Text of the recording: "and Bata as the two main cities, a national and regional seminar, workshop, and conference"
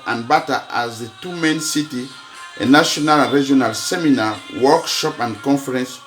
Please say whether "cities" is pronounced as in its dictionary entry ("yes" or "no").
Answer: no